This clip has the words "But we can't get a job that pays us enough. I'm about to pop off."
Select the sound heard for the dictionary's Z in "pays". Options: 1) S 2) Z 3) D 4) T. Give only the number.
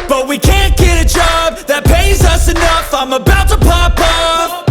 2